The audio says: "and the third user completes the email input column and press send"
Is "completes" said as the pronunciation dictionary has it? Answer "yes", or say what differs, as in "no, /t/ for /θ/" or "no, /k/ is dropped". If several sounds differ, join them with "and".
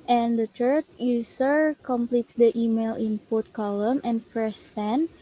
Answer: yes